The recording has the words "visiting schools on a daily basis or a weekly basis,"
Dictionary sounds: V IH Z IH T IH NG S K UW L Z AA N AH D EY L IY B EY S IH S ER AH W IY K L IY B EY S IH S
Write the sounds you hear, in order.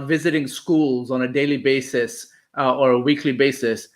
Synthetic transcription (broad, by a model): V IH Z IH T IH NG S K UW L Z AA N AH D EY L IY B EY S IH S ER AH W IY K L IY B EY S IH S